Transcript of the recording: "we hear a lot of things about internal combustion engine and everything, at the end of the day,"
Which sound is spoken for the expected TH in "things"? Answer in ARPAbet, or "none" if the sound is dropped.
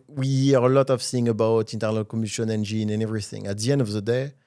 S